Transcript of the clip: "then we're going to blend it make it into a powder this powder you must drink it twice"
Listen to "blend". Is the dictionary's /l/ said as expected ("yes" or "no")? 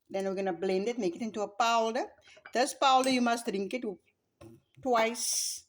yes